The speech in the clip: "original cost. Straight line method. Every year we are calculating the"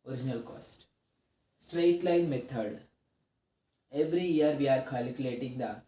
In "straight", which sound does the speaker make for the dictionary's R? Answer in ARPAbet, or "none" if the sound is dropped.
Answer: R